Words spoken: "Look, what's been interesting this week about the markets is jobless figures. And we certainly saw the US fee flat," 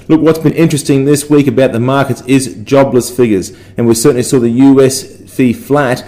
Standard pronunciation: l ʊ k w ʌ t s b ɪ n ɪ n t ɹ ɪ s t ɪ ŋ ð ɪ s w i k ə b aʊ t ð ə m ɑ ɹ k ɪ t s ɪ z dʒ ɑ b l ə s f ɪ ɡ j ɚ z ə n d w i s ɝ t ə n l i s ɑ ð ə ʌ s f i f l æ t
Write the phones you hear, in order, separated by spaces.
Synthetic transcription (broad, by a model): l ʊ k w ʌ t s b ɪ n ɪ n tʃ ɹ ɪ s t ɪ ŋ ð ɪ s w i k ə b aʊ t ð ə m ɑ ɹ k ɪ t s ɪ z dʒ ɑ b l ə s f ɪ ɡ j ɚ z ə n w i s ɝ t n l i s ɑ ð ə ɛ s f i f l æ t